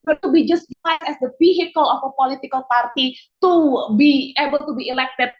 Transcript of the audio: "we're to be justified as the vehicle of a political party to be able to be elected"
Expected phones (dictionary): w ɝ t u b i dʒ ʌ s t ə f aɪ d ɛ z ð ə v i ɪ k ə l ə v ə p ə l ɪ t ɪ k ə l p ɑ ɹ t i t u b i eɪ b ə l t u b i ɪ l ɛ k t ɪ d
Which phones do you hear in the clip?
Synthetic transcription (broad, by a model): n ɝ t u b i dʒ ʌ s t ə ɪ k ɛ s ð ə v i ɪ k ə l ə f ə p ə l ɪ t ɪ k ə l p ɑ ɹ t i t u b i eɪ b ə l t u b i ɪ l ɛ k t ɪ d